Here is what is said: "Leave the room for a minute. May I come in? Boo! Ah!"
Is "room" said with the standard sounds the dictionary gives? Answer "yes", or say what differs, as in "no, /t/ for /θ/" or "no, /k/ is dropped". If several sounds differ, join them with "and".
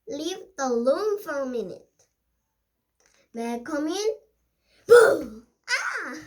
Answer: no, /l/ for /ɹ/